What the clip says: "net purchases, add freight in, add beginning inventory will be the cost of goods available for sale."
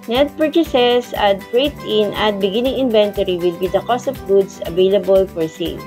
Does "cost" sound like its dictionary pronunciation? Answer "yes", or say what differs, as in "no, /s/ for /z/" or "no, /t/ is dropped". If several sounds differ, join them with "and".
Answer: yes